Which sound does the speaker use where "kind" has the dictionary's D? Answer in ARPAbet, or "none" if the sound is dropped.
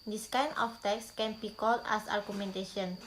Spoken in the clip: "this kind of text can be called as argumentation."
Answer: none